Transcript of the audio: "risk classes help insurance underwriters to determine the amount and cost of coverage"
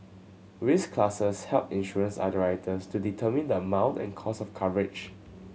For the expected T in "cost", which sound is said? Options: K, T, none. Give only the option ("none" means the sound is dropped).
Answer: none